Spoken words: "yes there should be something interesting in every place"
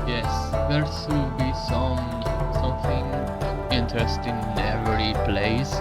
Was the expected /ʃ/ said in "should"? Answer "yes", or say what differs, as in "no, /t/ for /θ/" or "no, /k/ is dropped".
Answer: no, /s/ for /ʃ/